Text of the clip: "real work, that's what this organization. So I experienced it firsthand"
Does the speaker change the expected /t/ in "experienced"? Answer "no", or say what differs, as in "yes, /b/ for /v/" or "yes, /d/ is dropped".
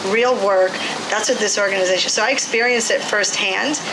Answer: no